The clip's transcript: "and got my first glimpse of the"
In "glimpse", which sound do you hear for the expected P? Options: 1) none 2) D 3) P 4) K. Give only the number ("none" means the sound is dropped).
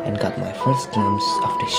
1